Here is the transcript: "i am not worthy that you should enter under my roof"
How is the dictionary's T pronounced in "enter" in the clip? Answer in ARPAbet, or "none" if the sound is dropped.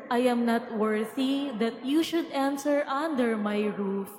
S